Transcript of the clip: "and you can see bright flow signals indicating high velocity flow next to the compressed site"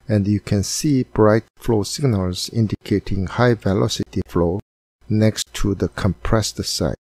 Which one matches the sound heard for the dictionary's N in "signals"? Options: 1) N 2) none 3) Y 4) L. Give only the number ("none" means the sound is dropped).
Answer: 1